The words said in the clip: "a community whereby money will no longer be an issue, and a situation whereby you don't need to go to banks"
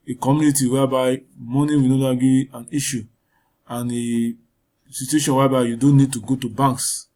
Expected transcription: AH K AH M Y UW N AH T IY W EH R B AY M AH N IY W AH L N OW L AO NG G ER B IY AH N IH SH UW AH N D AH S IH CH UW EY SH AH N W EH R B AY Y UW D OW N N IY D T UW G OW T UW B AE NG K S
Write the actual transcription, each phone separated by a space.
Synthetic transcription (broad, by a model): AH K AH M Y UW N AH T IY W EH B AY M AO N IY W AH N OW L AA G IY AH N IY SH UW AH N AH S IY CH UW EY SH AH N W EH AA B AY Y UW D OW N N IY D T UW G OW T UW B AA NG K S